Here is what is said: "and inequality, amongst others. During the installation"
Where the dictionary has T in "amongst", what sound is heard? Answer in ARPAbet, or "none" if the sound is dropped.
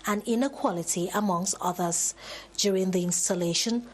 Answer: T